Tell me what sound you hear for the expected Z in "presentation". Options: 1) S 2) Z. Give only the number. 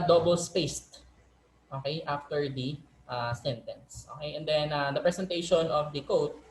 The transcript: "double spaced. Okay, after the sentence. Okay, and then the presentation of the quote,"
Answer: 1